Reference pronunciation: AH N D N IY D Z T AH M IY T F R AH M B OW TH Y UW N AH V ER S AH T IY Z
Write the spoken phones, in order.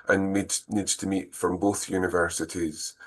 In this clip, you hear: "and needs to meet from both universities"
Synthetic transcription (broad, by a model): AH N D N IY D Z T AH M IY T F R AH M B OW TH Y UW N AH V ER S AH T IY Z